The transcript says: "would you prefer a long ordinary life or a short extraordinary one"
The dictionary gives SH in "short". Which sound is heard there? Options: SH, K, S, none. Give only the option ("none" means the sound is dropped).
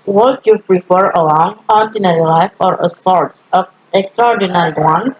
S